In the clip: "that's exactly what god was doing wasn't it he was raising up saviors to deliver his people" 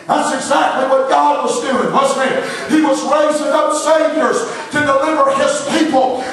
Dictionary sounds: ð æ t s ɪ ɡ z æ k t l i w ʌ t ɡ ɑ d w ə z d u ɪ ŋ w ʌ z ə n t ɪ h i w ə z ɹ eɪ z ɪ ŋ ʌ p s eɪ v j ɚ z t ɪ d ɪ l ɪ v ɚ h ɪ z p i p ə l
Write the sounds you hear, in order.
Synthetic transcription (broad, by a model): ð æ t s ɪ ɡ z æ k t l i w ʌ t ɡ ɑ d w ə z d u ɪ ŋ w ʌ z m ɪ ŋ i w ə z ɹ eɪ z ɪ ŋ ʌ p s eɪ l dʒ ɚ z t ɪ d ɪ l ɪ v ɚ ɪ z p i p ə l